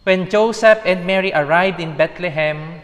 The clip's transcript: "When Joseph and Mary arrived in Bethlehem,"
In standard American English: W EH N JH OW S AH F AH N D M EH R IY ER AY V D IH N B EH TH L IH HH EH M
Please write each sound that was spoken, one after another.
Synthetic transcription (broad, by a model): W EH N JH OW S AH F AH N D M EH R IY ER AY V D IH N B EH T L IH HH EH M